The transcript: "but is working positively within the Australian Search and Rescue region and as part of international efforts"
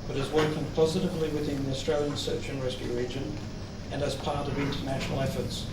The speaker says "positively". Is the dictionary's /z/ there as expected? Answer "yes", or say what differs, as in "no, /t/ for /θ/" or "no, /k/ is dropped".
yes